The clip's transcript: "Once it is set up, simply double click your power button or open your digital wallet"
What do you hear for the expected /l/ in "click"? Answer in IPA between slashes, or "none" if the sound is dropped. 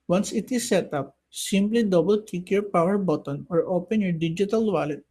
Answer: none